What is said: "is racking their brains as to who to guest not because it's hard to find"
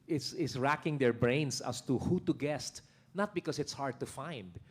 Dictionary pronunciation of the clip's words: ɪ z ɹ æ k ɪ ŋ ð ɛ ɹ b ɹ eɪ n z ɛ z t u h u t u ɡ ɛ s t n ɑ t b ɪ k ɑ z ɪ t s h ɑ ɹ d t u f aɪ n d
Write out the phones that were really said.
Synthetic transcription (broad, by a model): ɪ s ɹ æ k ɪ ŋ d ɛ ɹ b ɹ eɪ n s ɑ s t u h u t u ɡ ɛ s t n ɑ t b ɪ k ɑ s ɪ t s h ɑ ɹ d t u f aɪ n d